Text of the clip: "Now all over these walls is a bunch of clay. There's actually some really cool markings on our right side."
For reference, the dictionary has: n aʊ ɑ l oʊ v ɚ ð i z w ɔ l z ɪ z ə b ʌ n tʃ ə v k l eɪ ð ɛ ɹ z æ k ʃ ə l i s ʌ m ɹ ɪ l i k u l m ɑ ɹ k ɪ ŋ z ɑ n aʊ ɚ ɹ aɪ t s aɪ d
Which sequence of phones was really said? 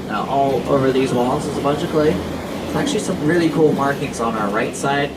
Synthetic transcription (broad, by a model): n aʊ ɑ l oʊ v ɚ ð i z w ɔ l s ɪ z ə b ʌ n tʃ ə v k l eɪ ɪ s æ k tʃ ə l i s ʌ m ɹ ɪ l i k u l m ɑ ɹ k ɪ ŋ z n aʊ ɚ ɹ aɪ t s aɪ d